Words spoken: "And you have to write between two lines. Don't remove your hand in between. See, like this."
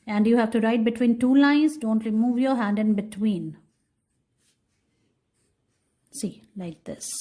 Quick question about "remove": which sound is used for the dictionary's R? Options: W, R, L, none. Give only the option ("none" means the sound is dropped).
L